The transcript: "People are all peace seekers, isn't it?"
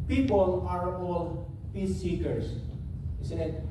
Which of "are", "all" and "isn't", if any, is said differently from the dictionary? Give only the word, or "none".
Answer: isn't